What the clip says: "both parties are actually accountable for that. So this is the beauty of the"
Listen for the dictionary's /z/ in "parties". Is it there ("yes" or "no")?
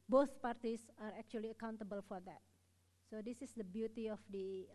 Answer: no